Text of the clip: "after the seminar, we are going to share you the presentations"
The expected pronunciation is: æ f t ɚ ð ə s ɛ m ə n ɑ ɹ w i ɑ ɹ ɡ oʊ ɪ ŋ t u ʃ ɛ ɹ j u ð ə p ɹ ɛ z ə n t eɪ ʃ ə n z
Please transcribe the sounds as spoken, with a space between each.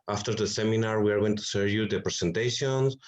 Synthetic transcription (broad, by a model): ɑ f t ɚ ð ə s ɛ m ə n ɑ ɹ w i ɑ ɹ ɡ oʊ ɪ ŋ t u s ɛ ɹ j u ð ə p ɹ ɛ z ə n t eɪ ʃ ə n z